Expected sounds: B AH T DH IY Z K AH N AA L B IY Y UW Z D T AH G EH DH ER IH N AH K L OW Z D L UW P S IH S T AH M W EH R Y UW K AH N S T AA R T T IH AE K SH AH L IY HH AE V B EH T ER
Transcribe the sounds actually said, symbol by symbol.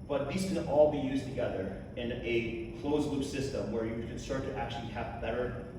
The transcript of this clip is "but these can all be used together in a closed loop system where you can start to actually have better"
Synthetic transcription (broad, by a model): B AH T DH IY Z K AH N AA L B IY Y UW Z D T AH G EH DH ER IH N AH K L OW Z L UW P S IH S T AH M W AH R Y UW K AH N S T AA R T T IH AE K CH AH L IY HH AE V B EH T ER